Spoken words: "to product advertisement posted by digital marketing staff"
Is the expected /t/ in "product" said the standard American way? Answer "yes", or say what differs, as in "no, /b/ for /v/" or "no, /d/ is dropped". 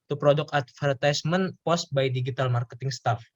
no, /t/ is dropped